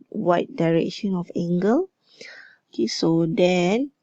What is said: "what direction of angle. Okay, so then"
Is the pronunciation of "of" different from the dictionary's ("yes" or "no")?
yes